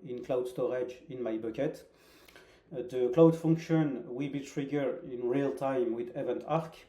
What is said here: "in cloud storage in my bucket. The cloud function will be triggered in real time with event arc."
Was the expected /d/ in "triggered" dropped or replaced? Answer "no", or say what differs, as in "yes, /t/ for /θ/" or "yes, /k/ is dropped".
yes, /d/ is dropped